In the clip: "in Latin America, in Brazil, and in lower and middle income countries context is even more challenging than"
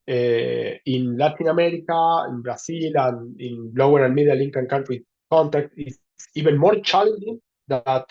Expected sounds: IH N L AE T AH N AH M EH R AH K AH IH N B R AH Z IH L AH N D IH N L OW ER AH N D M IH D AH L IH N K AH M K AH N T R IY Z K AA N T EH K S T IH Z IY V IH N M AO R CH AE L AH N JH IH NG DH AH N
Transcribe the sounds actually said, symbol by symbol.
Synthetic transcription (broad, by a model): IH N L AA T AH N AH M EH R AH K AH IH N B R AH S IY L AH N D IH N L OW ER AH N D M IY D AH L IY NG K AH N K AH N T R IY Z K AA N T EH K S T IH S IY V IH N M AO R CH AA L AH N JH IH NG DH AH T